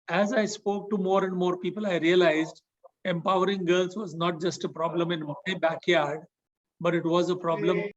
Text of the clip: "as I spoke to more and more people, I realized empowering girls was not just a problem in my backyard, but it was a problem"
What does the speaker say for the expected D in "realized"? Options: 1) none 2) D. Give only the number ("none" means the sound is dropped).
2